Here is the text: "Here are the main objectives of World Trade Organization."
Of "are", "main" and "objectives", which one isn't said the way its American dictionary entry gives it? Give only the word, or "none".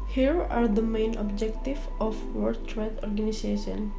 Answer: objectives